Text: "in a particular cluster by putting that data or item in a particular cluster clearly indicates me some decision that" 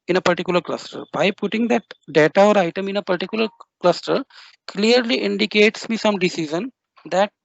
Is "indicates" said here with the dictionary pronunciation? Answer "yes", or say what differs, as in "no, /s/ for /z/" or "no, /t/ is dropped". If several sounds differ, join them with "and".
yes